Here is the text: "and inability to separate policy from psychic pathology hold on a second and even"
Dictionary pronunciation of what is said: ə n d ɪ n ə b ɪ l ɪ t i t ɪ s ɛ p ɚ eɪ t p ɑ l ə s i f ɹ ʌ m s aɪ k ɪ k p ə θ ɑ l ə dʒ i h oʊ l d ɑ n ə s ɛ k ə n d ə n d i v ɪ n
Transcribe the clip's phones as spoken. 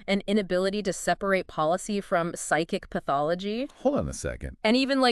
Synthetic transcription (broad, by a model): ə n ɪ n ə b ɪ l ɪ t i t ɪ s ɛ p ɚ eɪ t p ɑ l ə s i f ɹ ʌ m s aɪ k ɪ k p ə θ ɑ l ə dʒ i h oʊ l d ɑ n ə s ɛ k ə n d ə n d i v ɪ n